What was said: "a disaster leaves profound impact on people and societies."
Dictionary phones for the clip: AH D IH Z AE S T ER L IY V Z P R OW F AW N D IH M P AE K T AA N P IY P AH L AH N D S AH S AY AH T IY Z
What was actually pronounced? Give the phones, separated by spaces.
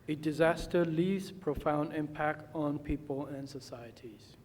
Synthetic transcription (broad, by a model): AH D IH Z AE S T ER L IY V Z P R OW F AW N D IH M P AE K T N P IY P AH L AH N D S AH S AY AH T IY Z